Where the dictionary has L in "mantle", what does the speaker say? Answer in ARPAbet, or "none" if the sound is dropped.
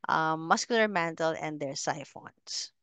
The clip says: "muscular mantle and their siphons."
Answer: L